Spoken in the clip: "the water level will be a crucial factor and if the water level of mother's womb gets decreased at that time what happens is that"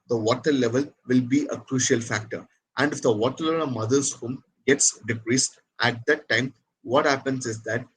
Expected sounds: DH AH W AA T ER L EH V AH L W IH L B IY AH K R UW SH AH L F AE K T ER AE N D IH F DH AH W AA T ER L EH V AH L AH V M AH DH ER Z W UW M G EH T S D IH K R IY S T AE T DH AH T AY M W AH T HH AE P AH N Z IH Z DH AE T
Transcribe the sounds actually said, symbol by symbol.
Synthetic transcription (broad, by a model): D AH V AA T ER L EH V AH L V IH L B IY AH K R UW SH AH L F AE K T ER AE N D IH F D AH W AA T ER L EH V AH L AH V M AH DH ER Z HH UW M G EH T S D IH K R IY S T AE T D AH T AY M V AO T HH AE P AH N S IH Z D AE T